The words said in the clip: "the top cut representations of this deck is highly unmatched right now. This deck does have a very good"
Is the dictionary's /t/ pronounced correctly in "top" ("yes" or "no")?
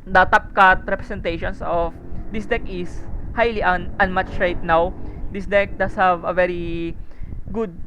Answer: yes